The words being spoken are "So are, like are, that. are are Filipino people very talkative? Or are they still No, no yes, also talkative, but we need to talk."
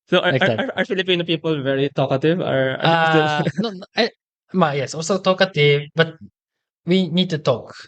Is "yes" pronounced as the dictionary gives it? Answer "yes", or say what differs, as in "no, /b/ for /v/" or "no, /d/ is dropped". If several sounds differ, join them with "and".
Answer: yes